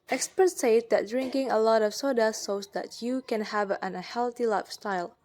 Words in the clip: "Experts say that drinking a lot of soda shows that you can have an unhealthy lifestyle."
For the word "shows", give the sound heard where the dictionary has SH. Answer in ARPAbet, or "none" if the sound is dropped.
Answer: S